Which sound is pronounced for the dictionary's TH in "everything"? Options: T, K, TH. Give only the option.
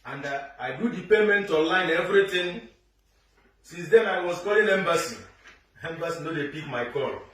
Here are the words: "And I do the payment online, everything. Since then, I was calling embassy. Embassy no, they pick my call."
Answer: T